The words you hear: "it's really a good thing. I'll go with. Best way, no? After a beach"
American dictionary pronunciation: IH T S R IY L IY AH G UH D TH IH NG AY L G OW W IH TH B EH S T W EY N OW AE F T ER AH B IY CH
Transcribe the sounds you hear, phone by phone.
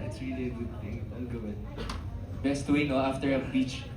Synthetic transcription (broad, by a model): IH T S R IY L IY AH G UH D T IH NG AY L G OW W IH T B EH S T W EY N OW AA F T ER AH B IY CH